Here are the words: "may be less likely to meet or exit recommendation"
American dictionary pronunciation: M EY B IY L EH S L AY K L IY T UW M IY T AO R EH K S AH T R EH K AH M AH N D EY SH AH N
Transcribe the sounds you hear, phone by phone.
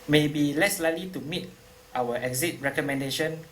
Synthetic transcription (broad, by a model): M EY B IY L EH S L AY L IY T UW M IY T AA W EH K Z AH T R EH K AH M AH N D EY SH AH N